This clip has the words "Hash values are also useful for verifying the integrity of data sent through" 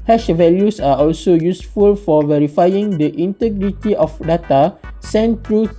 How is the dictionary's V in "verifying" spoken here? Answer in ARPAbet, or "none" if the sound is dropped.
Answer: V